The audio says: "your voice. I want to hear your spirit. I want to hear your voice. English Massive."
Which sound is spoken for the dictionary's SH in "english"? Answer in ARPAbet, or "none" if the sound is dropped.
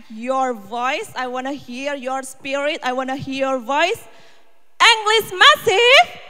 S